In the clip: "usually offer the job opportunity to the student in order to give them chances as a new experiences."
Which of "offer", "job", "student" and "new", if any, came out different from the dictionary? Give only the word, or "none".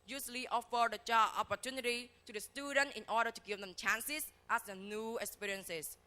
job